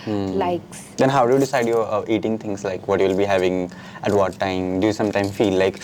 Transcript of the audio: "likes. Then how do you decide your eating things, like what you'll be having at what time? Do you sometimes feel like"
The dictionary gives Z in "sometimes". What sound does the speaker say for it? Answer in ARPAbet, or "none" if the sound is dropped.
none